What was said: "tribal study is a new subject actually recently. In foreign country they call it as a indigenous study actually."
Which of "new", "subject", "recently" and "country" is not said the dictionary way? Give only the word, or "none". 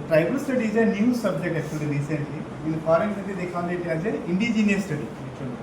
country